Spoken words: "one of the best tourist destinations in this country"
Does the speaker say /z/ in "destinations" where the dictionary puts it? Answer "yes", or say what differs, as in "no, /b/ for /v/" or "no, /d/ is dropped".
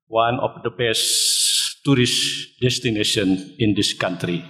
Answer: no, /z/ is dropped